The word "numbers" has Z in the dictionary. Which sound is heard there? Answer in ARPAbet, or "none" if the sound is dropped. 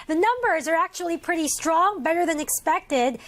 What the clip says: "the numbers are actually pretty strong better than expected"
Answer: Z